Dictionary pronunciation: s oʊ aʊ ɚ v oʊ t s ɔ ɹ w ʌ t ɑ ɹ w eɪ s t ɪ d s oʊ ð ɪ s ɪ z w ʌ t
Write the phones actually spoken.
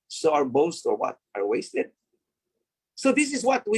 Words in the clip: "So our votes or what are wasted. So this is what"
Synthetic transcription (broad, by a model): s oʊ aʊ ɚ b oʊ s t ɔ ɹ w ʌ t ɑ ɹ w eɪ s t ɪ d s oʊ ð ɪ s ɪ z w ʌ t